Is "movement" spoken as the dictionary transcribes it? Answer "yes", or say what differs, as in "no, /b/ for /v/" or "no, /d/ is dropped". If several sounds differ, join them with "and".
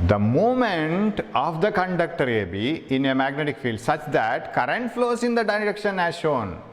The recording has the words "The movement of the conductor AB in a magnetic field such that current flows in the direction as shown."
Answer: no, /v/ is dropped